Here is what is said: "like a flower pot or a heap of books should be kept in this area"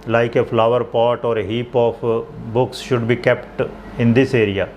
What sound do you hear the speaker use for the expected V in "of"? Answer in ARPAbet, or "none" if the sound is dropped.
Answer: P